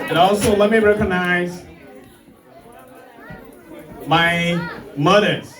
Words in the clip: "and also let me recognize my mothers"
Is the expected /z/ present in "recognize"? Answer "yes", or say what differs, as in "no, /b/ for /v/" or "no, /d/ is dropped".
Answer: yes